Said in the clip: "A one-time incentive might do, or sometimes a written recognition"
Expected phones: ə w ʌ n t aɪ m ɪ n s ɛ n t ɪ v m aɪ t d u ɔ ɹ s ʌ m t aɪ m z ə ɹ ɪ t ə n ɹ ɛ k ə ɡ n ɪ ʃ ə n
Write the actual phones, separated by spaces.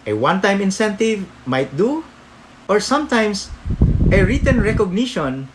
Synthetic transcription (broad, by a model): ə w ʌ n t aɪ m ɪ n s ɛ n t ɪ v m aɪ t d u ɔ ɹ s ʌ m t aɪ m s ə ɹ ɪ t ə n ɹ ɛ k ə ɡ n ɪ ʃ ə n